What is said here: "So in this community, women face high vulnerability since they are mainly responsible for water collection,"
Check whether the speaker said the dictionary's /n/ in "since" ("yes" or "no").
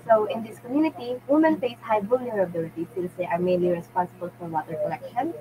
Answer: no